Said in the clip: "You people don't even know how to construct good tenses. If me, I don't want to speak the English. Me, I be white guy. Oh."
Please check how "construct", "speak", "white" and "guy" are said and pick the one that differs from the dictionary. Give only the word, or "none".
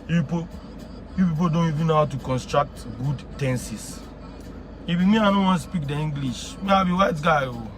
none